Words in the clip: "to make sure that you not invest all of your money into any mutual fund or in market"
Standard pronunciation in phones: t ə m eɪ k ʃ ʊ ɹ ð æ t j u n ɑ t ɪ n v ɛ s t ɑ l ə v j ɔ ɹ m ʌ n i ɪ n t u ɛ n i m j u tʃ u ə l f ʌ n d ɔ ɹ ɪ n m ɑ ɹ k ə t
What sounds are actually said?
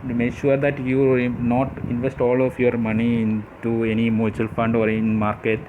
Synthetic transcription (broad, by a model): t m eɪ k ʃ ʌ ɹ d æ t j u n ɑ t ɪ n v ɛ s t ɑ l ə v j ɔ ɹ m ʌ n i ɪ n t u ɛ n i m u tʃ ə l f ʌ n d ɔ ɹ ɪ n m ɑ ɹ k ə t